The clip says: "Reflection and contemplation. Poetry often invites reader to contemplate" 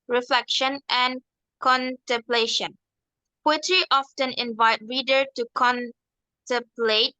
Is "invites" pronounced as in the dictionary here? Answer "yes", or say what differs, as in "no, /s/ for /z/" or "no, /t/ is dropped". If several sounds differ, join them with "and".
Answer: no, /s/ is dropped